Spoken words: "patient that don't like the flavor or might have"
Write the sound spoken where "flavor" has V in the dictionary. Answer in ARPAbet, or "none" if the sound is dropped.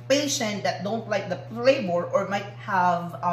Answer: B